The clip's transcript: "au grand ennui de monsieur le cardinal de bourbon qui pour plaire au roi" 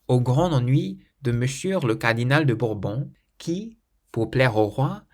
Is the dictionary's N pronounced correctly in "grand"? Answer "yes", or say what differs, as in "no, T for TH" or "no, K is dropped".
no, N is dropped